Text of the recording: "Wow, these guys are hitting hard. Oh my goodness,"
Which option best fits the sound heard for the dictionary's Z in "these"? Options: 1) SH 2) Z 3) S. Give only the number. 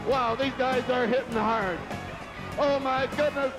2